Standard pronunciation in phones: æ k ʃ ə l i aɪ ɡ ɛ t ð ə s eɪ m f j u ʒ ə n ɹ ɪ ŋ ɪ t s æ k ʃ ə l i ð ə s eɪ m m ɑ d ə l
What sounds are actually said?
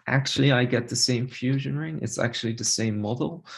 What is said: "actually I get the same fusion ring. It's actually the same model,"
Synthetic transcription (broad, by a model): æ k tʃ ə l i aɪ ɡ ɛ t ð ə s eɪ m f j u ʒ ə n ɹ ɪ ŋ ɪ t s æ k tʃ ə l i ð ə s eɪ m m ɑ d l